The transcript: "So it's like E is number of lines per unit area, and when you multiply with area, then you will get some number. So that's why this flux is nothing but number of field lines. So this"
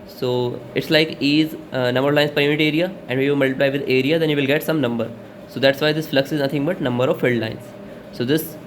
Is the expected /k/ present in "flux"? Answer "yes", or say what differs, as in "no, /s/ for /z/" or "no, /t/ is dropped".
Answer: yes